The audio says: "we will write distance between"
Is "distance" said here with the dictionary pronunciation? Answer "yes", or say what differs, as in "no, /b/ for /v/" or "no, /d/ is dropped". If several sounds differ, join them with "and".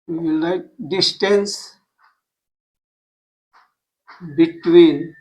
yes